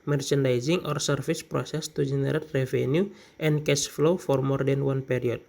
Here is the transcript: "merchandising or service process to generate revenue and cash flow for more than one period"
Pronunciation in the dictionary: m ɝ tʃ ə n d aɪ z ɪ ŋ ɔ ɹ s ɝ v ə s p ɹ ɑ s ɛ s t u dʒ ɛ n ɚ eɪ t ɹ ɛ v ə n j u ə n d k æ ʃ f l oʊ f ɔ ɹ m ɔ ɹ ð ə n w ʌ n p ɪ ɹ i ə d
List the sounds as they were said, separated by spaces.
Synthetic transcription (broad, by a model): m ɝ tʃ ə n d aɪ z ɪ ŋ ɔ ɹ s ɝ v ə s p ɹ ɑ s ɛ s t u dʒ ɛ n ɚ eɪ t ɹ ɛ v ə n j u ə n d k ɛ s f l oʊ f ɔ ɹ m ɔ ɹ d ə n w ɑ n p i ɹ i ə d